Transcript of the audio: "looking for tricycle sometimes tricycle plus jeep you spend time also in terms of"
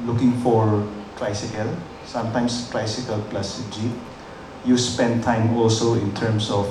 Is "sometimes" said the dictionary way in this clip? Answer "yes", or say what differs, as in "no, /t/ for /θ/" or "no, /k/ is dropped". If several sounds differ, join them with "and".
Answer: no, /s/ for /z/